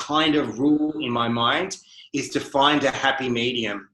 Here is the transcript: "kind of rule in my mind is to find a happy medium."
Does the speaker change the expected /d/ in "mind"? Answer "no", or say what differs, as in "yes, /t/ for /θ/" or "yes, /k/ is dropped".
no